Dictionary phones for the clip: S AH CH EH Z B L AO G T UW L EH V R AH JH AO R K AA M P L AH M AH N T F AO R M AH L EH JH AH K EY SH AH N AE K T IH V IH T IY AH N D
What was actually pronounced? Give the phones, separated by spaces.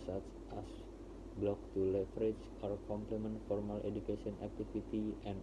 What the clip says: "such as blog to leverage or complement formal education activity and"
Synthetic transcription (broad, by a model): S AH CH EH S B L AO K T UW L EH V R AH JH AO R K AA M P L AH M AH N T F AO R M AH L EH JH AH K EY S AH N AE K T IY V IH T IY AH N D